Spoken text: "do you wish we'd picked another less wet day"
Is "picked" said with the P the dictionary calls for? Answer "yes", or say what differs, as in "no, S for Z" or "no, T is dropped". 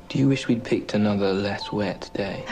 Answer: yes